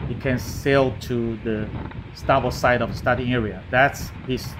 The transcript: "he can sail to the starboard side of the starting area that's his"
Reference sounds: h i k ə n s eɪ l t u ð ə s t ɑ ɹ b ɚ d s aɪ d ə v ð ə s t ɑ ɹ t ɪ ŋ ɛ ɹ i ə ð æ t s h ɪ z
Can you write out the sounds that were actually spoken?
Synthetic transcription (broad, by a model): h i k ə n s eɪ l t u ð ə s t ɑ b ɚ s aɪ d ə v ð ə s t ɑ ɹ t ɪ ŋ ɛ ɹ i ə ð æ t s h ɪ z